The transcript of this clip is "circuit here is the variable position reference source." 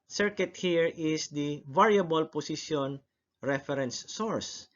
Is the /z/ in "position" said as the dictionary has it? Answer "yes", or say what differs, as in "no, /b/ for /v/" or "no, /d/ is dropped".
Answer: no, /s/ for /z/